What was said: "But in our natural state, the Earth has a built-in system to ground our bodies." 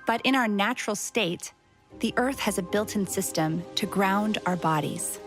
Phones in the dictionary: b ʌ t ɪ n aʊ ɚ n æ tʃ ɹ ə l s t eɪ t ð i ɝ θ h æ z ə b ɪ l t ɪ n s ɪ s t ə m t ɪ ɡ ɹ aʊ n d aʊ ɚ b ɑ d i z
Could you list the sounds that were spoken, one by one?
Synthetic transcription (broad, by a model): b ʌ t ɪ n aʊ ɚ n æ tʃ ɹ l s t eɪ t ð i ɝ θ h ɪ z ə b ɪ l t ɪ n s ɪ s t ə m t ɪ ɡ ɹ aʊ n d aʊ ɚ b ɑ d i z